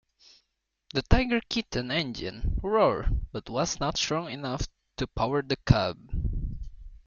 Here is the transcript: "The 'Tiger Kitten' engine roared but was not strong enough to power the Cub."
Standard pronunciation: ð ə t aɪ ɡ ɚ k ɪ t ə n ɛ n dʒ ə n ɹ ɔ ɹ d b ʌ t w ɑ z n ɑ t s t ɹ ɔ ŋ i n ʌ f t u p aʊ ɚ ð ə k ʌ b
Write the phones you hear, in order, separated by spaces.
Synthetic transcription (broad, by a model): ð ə t aɪ ɡ ɚ k ɪ t ə n ɛ n dʒ ə n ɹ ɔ ɹ b ʌ t w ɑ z n ɑ t s t ɹ ɔ ŋ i n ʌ f t u p aʊ ɚ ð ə k ʌ b